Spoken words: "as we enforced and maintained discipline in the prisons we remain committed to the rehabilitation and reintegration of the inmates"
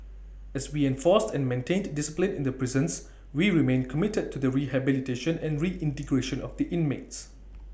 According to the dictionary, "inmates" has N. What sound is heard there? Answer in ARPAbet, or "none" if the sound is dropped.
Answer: N